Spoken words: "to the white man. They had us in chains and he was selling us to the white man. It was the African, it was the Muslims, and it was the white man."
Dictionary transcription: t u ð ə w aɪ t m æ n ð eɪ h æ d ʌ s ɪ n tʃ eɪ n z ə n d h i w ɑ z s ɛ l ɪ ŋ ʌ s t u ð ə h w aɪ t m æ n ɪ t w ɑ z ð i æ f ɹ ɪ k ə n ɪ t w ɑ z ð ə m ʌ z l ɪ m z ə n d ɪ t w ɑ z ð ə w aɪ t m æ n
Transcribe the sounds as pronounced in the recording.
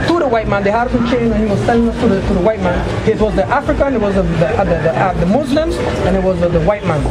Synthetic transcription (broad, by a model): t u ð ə w aɪ t m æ n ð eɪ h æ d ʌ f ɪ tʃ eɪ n ə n h i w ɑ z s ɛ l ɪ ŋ ʌ s t u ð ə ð w aɪ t m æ n ɪ t w ɑ z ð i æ f ɹ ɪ k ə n ɪ t w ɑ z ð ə m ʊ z l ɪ m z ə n ɪ t w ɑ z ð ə w aɪ t m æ n